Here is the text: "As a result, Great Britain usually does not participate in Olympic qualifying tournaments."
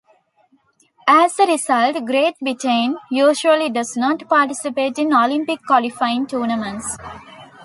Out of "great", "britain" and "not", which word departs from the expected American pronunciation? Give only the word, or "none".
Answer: britain